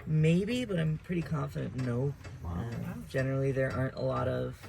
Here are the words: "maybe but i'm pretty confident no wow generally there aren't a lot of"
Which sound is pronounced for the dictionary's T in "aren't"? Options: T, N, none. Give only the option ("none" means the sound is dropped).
T